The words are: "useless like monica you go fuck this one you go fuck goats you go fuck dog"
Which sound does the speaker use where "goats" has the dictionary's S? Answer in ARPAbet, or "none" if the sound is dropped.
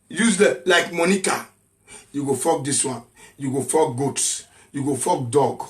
S